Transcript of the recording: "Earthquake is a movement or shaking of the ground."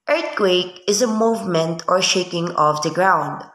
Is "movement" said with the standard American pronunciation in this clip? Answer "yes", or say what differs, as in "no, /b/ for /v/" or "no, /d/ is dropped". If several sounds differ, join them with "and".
yes